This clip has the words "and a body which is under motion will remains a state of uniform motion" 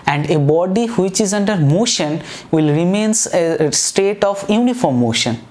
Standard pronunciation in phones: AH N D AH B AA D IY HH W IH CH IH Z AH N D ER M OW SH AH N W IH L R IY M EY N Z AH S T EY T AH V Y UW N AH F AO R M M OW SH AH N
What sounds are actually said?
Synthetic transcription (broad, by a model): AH N D AH B AA D IY HH W IH CH IH Z AH N D ER M OW SH AH N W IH L R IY M EY N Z AH S T EY T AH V Y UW N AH F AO R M M OW SH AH N